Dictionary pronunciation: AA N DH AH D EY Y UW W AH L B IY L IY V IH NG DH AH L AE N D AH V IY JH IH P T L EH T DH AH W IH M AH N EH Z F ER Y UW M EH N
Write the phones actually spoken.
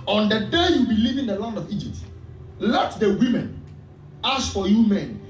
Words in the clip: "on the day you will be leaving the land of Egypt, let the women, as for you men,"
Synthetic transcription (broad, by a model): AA N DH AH D EY Y UW B IY L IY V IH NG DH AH L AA N D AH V IY JH IH P T L EH T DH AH W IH M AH N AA S F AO Y UW M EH N